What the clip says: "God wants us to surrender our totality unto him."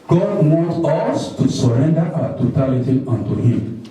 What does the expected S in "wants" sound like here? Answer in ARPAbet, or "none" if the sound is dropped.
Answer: none